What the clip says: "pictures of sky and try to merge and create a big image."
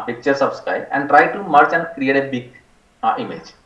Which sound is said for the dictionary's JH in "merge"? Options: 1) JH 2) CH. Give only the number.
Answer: 2